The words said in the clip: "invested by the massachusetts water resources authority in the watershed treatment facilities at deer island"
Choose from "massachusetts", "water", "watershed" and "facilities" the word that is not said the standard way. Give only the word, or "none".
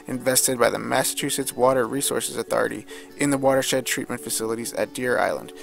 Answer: none